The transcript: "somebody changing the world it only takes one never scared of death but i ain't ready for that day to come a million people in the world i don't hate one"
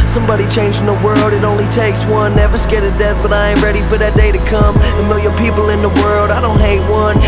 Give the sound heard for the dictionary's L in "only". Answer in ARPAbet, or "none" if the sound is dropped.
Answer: L